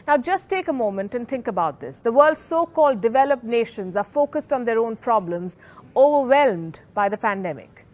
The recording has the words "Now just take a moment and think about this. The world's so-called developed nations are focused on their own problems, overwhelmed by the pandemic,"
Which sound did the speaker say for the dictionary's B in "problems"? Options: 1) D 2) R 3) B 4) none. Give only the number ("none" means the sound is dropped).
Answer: 3